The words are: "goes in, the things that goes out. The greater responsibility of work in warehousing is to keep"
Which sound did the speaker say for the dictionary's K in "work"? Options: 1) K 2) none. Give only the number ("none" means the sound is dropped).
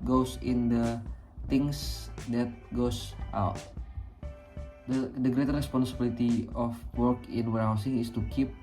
1